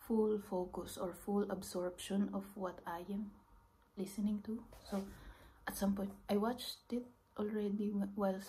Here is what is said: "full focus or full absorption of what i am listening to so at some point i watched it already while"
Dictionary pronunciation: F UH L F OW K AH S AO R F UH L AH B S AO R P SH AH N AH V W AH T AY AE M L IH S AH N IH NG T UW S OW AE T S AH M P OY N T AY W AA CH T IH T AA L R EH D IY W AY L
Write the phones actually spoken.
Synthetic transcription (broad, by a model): F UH L F OW K AH S AO R F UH L AH B S AO R P SH AH N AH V W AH T AY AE M L IH S AH N IH NG T UW S OW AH T S AH M P OY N T AY W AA CH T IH T AA L R EH D IY W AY L